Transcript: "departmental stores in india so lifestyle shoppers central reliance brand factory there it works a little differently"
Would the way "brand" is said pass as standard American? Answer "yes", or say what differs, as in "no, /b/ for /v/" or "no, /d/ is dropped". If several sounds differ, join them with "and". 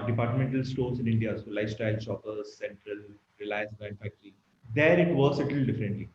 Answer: no, /ɹ/ is dropped